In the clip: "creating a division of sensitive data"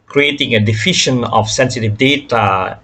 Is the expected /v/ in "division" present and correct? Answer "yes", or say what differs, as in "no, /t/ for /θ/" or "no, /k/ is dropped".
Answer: no, /f/ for /v/